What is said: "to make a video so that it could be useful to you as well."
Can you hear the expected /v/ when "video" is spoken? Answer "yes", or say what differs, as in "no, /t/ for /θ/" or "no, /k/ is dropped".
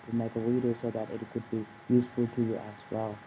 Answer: no, /w/ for /v/